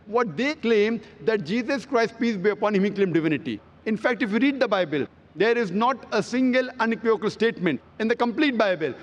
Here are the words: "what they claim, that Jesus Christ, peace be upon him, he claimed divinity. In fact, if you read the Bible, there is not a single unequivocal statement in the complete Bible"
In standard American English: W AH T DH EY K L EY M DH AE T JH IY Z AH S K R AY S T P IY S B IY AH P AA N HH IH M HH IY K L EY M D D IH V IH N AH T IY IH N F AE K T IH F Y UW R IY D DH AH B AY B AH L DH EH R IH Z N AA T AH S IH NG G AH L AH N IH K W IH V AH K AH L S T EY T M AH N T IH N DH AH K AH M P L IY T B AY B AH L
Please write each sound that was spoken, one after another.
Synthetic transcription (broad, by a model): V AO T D EY K L EY M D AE T JH IY Z AH S K R AY S T P IY S B IY AH P AA N HH IH M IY K L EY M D D IH V IH N AH T IY IH N F AE K T IH F Y UW R IY D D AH B AY B AH L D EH R IH Z N AA T AH S IH NG G AH L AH N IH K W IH AH K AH L S T EY T M AH N T IH N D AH K AH M P L IY T B AY B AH L